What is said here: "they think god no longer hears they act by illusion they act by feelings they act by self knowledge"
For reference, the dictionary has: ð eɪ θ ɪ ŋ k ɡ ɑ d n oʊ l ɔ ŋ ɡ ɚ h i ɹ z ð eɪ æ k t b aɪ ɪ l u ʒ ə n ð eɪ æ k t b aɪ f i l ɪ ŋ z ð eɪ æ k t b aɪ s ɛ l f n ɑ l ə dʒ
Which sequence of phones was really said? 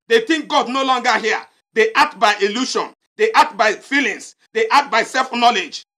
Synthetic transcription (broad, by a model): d eɪ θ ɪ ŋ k ɡ ɑ d n oʊ l ɔ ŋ ɡ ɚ h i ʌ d eɪ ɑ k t b aɪ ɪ l u ʃ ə n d eɪ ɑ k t b aɪ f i l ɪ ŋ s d eɪ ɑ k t b aɪ s ɛ l f n ɑ l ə dʒ